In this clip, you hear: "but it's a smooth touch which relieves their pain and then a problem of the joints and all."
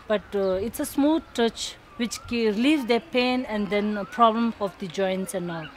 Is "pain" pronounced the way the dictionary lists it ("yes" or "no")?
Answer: yes